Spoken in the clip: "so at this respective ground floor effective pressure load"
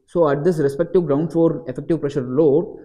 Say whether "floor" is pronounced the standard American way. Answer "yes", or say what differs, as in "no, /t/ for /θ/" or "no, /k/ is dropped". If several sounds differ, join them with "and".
no, /l/ is dropped